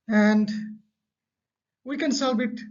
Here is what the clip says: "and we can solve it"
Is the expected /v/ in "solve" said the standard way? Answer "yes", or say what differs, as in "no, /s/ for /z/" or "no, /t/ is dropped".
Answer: no, /b/ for /v/